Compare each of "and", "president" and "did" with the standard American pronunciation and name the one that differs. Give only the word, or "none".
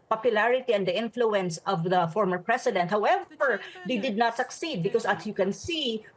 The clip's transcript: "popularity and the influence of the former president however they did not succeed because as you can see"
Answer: president